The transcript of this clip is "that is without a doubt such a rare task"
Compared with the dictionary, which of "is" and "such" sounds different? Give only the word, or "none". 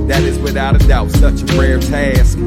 none